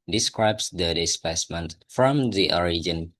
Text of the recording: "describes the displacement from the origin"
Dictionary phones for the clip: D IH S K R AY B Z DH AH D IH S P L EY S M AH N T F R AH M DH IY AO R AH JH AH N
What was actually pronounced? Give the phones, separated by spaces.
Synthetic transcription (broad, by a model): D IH S K R AY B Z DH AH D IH S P EY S M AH N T F R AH M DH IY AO R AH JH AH N